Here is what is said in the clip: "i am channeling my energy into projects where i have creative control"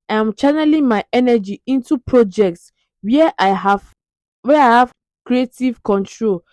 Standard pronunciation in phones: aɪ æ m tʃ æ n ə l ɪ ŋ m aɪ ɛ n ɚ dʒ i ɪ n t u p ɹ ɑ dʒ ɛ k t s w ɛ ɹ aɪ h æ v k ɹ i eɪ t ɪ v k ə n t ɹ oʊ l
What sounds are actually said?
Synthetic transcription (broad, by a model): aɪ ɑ m tʃ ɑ n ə l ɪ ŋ m aɪ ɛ n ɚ dʒ i ɪ n t u p ɹ ɑ dʒ ɛ k t s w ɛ w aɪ h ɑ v k ɹ i eɪ t ɪ v k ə n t ɹ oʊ l